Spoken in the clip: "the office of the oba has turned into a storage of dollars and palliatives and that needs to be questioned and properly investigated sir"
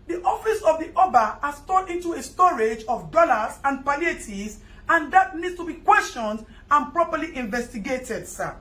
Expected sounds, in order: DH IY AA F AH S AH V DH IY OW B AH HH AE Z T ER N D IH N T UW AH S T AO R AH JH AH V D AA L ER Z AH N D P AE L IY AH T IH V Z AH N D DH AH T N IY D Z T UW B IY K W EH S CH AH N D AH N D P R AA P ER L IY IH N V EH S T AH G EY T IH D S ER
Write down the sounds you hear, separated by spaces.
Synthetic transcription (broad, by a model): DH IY AA F AH S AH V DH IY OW B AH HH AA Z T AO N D IH N T UW AH S T AO R AH JH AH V D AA L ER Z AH N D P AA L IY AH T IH Z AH N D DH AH T N IY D S T UW B IY K W EH S CH AH N D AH N P R AA P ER L IY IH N V EH S T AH G EY T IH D S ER